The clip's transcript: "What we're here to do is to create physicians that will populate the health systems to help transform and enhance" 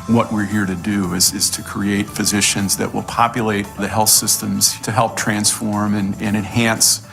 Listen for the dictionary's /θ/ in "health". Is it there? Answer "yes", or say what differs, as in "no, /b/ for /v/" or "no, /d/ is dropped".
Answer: yes